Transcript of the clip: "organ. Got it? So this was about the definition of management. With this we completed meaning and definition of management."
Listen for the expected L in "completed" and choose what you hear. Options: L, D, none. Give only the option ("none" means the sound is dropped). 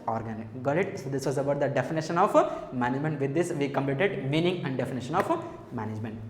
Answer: L